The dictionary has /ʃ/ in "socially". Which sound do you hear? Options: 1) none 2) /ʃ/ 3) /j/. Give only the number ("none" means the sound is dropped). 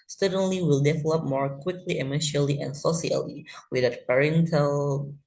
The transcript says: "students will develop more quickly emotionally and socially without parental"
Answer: 1